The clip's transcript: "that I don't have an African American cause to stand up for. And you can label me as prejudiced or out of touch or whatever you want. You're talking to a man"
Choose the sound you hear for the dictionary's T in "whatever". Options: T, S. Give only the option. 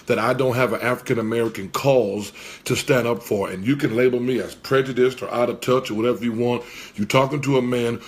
T